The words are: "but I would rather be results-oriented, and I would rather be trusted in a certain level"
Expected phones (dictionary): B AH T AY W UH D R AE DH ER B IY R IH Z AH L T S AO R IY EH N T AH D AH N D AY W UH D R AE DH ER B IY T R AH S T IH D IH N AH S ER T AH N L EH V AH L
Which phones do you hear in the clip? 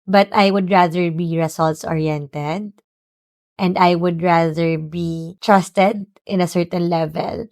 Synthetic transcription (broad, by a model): B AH T AY W UH D R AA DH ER B IY R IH S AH L T S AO R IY EH N T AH D AH N D AY W UH D R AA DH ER B IY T R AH S T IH D IH N AH S ER T AH N L EH V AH L